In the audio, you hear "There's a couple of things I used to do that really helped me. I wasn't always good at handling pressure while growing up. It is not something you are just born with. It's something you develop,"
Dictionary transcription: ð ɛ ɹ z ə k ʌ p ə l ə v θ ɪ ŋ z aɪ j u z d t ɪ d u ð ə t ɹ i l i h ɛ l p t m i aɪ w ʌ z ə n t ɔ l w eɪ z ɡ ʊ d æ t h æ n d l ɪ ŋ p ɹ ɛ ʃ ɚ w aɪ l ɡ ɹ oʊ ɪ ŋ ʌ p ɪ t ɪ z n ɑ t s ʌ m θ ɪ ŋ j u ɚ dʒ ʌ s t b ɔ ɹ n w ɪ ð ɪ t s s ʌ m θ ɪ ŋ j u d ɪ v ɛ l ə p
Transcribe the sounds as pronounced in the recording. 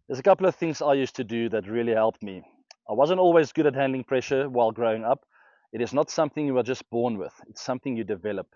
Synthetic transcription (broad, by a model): ð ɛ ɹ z ə k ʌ p l ə v θ ɪ ŋ z aɪ j u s t ɪ d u ð ə t ɹ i l i h ɛ l p t m i aɪ w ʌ z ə n t ɔ l w eɪ z ɡ ʊ d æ t h æ n d l ɪ ŋ p ɹ ɛ ʃ ɚ w aɪ l ɡ ɹ oʊ ɪ ŋ ʌ p ɪ t ɪ z n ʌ t s ʌ m θ ɪ ŋ j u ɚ dʒ ʌ s t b ɔ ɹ n w ɪ ð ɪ t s s ʌ m θ ɪ ŋ j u d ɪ v ɛ l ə p